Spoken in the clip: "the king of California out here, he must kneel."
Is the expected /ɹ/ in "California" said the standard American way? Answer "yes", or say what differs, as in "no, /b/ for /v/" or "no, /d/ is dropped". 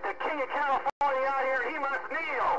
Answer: no, /l/ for /ɹ/